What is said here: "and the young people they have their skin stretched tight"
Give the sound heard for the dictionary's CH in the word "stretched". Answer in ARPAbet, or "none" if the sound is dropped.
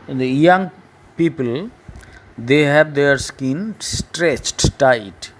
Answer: CH